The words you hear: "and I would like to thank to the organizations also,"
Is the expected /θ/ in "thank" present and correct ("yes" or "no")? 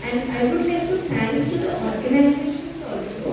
no